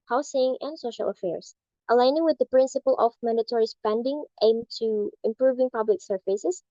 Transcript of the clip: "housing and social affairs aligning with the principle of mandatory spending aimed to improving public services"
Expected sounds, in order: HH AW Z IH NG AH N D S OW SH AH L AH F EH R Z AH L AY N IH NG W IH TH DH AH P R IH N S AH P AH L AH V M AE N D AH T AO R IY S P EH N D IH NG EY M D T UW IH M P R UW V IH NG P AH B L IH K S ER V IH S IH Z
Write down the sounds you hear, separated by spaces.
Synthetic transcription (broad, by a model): HH AW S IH NG AH N D S OW SH AH L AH F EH R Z AH L AY N IH NG W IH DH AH P R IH N S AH P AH L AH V M AE N D AH T AO R IY S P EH N D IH NG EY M T UW IH M P R UW V IH NG P AH B L IH K S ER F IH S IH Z